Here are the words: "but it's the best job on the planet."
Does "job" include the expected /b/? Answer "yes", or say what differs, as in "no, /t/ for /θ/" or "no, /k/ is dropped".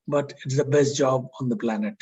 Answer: yes